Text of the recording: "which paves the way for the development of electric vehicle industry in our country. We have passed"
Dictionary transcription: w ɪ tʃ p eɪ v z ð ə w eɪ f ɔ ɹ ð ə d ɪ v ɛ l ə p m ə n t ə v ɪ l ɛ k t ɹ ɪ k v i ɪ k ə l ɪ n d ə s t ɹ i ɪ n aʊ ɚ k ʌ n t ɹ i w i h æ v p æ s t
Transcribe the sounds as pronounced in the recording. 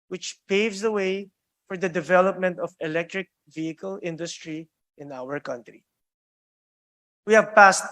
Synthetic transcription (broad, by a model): w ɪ tʃ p eɪ v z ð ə w eɪ f ɔ ɹ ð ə d ɪ v ɛ l ə p m ə n t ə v ɪ l ɛ k t ɹ ɪ k v i ɪ k ə l ɪ n d ə s t ɹ i ɪ n aʊ ɚ k ʌ n t ɹ i w i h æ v p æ s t